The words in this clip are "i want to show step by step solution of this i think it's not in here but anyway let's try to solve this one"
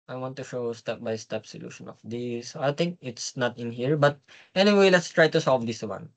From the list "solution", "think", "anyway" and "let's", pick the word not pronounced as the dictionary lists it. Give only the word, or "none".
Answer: think